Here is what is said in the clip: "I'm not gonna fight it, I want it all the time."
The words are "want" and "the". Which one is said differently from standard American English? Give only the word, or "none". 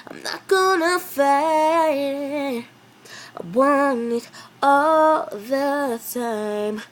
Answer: want